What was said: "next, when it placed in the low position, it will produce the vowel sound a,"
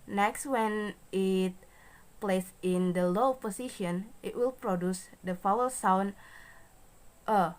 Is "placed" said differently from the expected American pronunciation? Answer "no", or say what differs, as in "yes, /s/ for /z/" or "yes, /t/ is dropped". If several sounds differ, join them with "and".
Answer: yes, /t/ is dropped